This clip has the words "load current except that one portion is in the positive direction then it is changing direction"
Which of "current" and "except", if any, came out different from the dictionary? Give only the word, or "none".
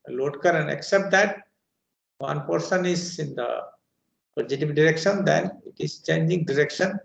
current